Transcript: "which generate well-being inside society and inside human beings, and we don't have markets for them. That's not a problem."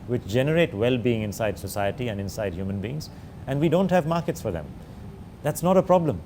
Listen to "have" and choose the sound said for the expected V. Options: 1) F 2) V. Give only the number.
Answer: 2